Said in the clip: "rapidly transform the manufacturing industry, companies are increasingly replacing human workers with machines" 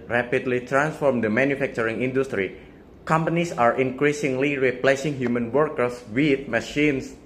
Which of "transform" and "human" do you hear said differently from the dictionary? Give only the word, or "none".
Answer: none